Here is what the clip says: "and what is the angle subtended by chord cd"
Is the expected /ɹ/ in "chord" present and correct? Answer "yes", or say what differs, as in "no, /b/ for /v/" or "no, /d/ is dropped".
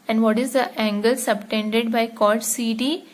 no, /l/ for /ɹ/